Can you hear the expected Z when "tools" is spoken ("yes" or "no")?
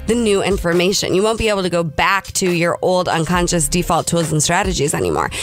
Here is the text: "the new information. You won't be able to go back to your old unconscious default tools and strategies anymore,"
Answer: yes